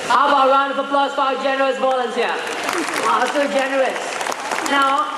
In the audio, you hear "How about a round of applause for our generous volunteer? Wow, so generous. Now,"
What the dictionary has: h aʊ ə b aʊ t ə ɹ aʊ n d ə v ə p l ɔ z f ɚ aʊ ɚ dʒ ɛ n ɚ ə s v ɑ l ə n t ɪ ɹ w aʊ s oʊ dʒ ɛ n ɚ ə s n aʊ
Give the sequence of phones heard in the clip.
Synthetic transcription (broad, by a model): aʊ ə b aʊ ə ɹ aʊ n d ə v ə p l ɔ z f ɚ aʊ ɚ dʒ ɛ n ɚ ə s b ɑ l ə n s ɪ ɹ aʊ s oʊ dʒ ɛ n ɚ ə s n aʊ